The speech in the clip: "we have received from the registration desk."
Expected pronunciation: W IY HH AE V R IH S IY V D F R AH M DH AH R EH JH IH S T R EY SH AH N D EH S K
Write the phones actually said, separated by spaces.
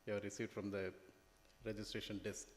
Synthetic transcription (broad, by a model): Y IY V R IH S IY V D F R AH M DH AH R EH JH IH S T R EY SH AH N D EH S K